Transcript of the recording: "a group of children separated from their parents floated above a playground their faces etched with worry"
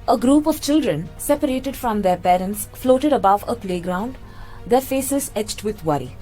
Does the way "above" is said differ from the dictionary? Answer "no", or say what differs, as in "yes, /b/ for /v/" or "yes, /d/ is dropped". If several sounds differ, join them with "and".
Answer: no